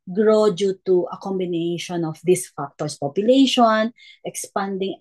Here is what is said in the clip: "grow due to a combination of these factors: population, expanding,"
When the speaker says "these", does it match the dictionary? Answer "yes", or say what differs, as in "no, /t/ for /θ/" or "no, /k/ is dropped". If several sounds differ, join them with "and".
no, /s/ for /z/